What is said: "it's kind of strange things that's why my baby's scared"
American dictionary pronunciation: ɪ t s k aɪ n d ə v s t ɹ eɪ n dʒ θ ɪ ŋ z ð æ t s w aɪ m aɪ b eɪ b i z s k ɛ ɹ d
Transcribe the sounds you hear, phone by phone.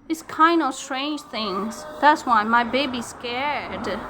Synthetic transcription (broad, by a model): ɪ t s k aɪ n d ə v s t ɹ eɪ n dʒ θ ɪ ŋ z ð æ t s w aɪ m aɪ b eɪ b i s k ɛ ɹ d